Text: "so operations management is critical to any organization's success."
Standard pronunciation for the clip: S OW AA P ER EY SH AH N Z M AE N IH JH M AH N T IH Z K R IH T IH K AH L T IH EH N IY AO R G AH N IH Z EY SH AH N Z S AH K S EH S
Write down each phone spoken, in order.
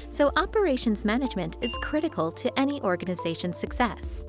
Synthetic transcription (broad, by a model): S OW AA P ER EY SH AH N Z M AE N IH JH M AH N T IH Z K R IH T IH K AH L T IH EH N IY AO R G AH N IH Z EY SH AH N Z S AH K S EH S